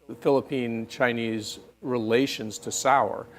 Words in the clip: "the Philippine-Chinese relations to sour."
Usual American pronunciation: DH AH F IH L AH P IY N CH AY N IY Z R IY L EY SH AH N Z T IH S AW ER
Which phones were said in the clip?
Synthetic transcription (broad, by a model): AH F IH L AH P IY N CH AY N IY Z R IY L EY SH AH N Z T IH S AW ER